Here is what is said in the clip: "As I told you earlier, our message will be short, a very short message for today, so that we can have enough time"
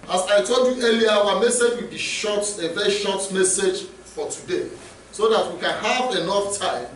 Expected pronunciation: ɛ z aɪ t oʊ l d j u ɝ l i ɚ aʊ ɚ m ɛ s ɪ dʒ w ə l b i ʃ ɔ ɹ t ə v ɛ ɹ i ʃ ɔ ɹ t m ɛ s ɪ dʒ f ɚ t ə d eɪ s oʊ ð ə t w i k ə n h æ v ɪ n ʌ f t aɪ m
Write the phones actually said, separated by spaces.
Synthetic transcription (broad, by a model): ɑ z aɪ t oʊ l d j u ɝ l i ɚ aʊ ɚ m ɛ s ɪ dʒ w ə l b i ʃ ɔ t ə v ɛ ɹ i ʃ ɔ t m ɛ s ɪ dʒ f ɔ t ə d eɪ s oʊ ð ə t w i k ə n h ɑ v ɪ n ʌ f t aɪ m